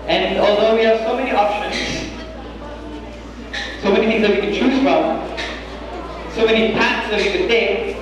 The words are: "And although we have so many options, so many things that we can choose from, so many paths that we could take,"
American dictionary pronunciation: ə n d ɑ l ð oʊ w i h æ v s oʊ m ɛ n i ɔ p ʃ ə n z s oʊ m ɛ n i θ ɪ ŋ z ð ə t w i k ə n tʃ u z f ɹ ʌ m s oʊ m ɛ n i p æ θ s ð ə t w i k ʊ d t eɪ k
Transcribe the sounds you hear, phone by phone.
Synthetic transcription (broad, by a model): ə n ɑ l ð oʊ w i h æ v s oʊ m ɛ n i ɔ p ʃ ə n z s oʊ m ɛ n i θ ɪ ŋ z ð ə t w i k ə n tʃ u z f ɹ ʌ m s oʊ m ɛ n i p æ t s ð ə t w i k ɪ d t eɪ